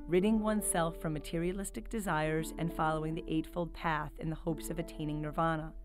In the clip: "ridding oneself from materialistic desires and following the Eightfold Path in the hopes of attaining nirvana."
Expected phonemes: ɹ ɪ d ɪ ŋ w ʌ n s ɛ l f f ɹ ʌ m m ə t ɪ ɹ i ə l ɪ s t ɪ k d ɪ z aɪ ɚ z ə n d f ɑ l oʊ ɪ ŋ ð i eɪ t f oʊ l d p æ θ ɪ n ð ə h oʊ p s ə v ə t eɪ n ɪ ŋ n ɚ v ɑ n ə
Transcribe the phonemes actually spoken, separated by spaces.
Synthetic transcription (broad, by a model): ɹ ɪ d ɪ ŋ w ʌ n s ɛ l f f ɹ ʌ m m ə t ɪ ɹ i ə l ɪ s t ɪ k d ɪ z aɪ ɚ z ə n f ɑ l oʊ ɪ ŋ ð i eɪ t f oʊ l d p æ θ ɪ n ð ə h oʊ p s ə v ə t eɪ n ɪ ŋ n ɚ v ɑ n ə